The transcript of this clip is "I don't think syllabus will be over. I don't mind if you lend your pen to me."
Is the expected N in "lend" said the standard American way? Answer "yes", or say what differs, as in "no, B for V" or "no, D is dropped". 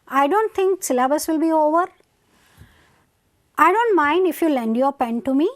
yes